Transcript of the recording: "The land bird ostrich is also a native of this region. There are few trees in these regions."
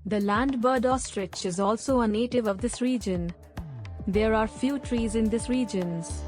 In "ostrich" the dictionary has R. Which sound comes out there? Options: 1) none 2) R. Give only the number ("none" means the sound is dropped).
2